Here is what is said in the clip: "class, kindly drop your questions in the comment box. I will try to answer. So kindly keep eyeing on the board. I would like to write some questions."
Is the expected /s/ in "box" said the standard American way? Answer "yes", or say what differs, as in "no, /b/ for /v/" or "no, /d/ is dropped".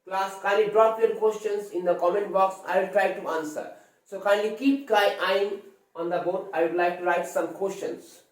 yes